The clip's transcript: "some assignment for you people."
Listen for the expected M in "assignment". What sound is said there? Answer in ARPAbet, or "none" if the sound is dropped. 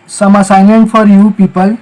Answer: none